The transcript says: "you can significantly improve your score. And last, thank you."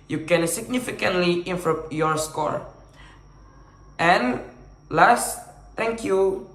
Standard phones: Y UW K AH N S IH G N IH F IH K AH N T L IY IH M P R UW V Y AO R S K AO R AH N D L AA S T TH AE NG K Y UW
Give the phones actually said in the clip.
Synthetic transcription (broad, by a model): Y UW K AH N S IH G N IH F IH K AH N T L IY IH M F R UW P Y AO R S K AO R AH N L AA S T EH NG K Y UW